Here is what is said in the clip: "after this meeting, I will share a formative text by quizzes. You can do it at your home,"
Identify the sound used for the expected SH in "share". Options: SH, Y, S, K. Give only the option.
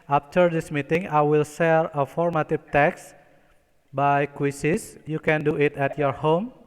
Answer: S